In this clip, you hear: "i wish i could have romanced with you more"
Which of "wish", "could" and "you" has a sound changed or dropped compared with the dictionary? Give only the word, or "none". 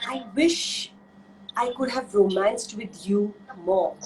none